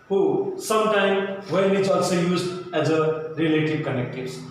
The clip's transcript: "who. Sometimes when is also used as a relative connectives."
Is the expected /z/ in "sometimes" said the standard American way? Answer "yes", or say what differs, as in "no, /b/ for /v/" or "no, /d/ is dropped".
no, /z/ is dropped